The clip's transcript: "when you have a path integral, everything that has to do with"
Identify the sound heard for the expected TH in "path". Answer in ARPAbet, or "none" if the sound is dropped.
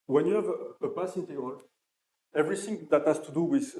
S